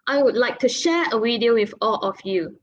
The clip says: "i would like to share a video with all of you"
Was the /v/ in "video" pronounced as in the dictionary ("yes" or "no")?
no